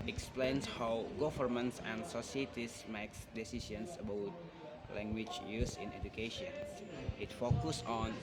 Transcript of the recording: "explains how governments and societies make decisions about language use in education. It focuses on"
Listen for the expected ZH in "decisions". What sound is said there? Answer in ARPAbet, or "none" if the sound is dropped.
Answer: S